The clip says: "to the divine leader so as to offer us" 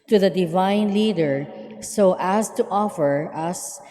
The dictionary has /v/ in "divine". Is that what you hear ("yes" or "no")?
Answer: yes